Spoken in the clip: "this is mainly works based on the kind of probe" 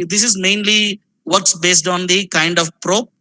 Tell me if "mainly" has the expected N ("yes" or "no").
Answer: yes